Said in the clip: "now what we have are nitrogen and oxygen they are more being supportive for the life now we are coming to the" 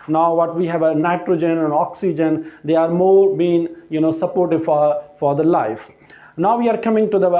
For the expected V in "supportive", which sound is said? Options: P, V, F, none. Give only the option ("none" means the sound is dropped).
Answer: F